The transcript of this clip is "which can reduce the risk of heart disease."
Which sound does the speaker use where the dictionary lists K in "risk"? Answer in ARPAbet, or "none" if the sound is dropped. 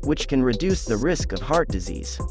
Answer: K